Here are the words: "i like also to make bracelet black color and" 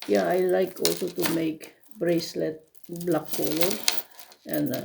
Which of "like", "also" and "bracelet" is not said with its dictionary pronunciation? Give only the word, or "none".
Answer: none